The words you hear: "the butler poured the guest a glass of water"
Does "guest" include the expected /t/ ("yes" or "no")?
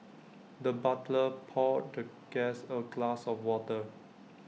no